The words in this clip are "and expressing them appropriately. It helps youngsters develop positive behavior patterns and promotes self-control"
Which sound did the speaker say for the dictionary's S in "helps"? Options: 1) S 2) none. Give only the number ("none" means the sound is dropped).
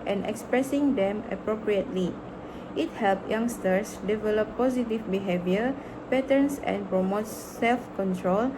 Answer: 2